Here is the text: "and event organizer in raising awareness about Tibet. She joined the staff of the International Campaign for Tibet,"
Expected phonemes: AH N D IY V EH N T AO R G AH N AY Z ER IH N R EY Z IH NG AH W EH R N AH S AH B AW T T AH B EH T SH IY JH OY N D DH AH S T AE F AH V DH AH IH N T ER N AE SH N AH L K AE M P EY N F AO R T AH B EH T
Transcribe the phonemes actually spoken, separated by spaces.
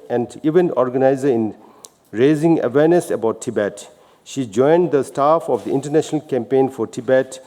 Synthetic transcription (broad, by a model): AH N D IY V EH N AO R G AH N AY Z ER IH N R EY Z IH NG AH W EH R N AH S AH B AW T T AH B EH T SH IY JH OY N D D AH S T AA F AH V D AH IH N T ER N AE SH N AH L K AE M P EY N F AO R T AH B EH T